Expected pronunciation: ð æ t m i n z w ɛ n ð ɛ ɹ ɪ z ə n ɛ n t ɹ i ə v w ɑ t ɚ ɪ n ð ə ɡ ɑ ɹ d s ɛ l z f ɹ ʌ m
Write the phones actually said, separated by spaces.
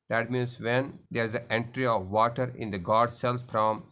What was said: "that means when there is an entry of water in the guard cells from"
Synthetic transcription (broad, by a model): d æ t m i n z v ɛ n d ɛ ɹ ɪ z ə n ɛ n t ɹ i ə v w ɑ t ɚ ɪ n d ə ɡ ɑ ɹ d s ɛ l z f ɹ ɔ m